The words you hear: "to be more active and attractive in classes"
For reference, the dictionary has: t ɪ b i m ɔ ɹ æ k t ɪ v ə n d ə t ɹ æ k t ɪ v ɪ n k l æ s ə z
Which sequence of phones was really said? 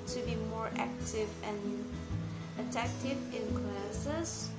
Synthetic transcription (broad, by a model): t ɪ b i m ɔ ɹ æ k t ɪ v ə n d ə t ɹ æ k t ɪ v ɪ n k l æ s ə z